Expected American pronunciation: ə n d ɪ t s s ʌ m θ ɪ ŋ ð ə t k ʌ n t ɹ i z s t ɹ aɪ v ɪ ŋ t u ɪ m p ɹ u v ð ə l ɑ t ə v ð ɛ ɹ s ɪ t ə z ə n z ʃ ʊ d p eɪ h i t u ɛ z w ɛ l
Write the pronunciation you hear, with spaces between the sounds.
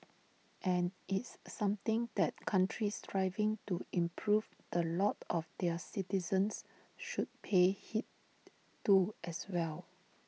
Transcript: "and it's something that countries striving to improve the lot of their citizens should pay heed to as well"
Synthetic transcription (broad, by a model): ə n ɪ t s s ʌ m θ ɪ ŋ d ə t k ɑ n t ɹ i s t ɹ aɪ v ɪ ŋ t u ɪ m p ɹ u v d ə l ɑ t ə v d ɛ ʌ s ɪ t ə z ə n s ʃ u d p eɪ h i t u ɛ s w ɛ l